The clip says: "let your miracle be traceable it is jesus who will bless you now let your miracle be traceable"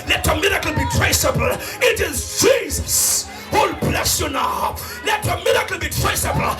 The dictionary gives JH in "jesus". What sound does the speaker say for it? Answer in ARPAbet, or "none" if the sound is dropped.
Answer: JH